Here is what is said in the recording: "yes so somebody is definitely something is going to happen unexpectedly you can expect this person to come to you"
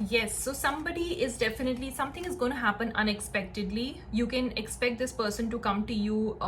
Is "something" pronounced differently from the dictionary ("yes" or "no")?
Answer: yes